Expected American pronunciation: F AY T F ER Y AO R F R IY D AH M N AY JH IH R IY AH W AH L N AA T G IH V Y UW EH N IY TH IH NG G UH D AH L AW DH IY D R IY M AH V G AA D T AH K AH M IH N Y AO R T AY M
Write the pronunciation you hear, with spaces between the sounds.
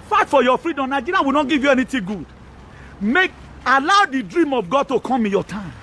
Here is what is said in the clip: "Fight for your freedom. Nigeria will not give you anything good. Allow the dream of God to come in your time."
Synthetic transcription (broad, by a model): F AY T F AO Y AO F R IY D AH M N AY JH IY R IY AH W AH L N AA T G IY V Y UW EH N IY T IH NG G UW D AH L AW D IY D R IY M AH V G AA D T AH K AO M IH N Y AO T AY M